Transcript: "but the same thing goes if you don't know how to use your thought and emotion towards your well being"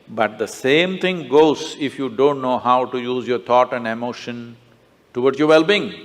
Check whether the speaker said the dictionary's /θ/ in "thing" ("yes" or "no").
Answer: no